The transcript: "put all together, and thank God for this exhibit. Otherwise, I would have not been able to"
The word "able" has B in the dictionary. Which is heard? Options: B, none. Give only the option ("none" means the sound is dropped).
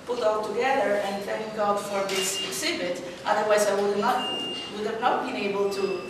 B